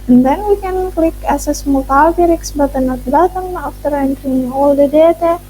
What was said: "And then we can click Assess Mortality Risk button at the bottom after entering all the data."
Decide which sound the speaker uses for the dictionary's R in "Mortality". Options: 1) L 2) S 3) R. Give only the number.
1